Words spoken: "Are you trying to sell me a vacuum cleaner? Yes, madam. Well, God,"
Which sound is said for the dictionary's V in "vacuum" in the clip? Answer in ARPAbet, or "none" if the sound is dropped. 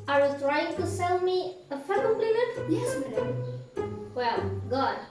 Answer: F